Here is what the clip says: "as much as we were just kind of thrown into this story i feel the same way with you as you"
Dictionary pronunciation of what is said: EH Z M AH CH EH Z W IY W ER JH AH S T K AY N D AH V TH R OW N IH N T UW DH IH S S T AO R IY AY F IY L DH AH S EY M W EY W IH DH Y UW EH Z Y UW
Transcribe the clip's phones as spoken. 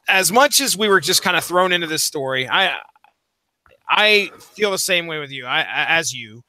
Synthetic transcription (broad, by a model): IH Z M AH CH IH Z W IY W ER JH AH S K AY N D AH TH R OW N IH N T UW DH IH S S T AO R IY AY F IY L DH AH S EY M W EY W IH DH Y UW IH Z Y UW